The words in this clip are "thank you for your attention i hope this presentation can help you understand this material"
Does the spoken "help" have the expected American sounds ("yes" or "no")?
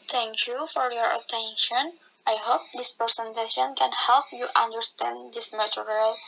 yes